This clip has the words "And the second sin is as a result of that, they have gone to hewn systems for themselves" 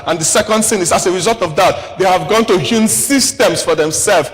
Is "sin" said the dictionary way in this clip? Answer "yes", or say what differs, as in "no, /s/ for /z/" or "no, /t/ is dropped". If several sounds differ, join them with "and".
no, /θ/ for /s/